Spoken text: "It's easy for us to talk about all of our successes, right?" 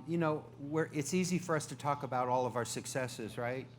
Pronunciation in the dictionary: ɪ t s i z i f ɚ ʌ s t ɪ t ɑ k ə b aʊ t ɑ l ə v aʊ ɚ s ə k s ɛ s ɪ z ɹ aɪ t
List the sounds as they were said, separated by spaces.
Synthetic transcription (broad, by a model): ɪ t s i z i f ɚ ʌ s t ɪ t ɑ k ə b aʊ t ɑ l ə v aʊ ɚ s ə k s ɛ s ɪ z ɹ aɪ t